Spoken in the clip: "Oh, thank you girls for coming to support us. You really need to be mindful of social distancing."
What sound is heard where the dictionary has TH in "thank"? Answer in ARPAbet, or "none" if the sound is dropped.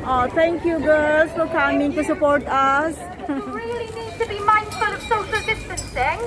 T